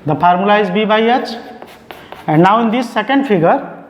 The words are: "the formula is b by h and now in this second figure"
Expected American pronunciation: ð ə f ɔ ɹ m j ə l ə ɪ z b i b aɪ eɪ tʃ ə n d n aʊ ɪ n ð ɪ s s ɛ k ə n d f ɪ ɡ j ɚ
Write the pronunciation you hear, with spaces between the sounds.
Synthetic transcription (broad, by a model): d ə p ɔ ɹ m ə l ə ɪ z b i b aɪ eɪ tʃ ə n d n aʊ ɪ n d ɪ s s ɛ k ə n d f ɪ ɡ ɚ